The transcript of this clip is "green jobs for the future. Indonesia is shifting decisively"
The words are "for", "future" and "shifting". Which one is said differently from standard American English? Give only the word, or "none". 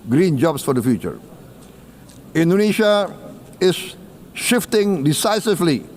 none